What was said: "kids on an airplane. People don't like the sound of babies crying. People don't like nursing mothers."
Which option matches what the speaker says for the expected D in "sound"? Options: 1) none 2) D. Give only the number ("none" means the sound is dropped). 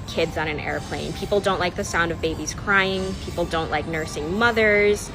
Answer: 2